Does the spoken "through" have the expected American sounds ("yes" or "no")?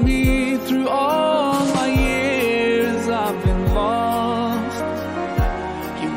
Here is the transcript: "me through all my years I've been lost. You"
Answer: yes